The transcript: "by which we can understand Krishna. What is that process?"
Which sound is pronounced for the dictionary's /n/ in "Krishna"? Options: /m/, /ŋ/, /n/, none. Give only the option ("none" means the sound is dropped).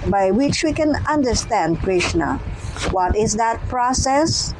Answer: /n/